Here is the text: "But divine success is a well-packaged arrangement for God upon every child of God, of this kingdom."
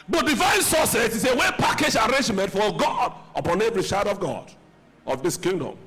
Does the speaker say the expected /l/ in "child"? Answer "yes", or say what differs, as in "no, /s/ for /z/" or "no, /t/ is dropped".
no, /l/ is dropped